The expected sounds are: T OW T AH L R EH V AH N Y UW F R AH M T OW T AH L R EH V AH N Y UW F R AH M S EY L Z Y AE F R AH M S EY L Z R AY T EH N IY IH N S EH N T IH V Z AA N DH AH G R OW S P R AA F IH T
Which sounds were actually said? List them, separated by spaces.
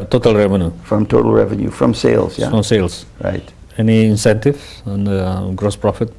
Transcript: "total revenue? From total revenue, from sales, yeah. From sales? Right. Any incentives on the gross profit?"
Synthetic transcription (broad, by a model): T OW T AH L R EH V AH N Y UW F R AH M T OW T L R EH V AH N Y UW F R AH M S EY L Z Y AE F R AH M S EY L S R AY T EH N IY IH N S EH N T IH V AA N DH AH G R OW S P R AA F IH T